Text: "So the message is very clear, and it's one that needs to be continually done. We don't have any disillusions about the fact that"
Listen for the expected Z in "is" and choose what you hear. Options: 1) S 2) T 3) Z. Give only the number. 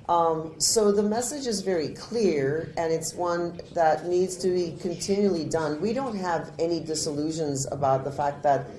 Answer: 3